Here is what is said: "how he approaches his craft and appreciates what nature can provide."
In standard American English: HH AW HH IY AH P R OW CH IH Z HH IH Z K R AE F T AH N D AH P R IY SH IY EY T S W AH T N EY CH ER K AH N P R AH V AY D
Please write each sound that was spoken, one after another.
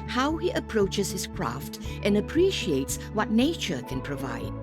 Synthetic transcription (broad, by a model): HH AW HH IY AH P R OW CH IH Z HH IH Z K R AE F T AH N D AH P R IY SH IY EY T S W AH T N EY CH ER K AH N P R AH V AY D